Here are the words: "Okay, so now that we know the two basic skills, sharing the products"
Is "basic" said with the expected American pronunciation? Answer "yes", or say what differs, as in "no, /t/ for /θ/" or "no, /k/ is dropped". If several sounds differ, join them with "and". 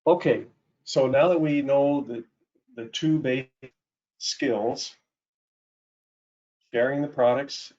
no, /s/ is dropped